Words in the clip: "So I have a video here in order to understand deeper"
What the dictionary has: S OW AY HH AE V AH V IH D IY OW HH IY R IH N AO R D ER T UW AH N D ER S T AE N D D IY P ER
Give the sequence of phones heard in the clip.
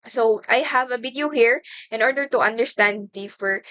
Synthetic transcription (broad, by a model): S OW AY HH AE V AH B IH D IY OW HH IY R IH N AO R D ER T UW AH N D ER S T AE N D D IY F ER